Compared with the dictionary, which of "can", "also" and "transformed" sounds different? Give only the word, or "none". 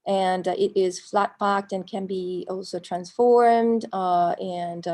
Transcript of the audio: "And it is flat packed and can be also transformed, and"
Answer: none